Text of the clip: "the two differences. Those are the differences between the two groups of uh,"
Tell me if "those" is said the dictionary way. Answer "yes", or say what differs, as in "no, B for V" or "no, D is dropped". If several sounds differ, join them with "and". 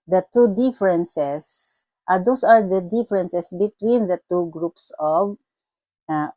no, S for Z